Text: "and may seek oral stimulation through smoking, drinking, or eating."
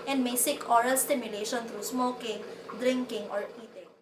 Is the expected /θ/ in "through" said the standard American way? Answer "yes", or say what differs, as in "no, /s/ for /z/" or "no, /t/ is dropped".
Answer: no, /t/ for /θ/